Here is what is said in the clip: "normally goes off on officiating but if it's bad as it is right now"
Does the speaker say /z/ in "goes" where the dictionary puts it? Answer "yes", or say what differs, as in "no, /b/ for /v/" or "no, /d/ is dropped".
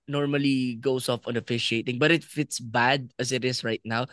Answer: no, /s/ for /z/